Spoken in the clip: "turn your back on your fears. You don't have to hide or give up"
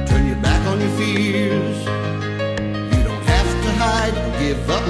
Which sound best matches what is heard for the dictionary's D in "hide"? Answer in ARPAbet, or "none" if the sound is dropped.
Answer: D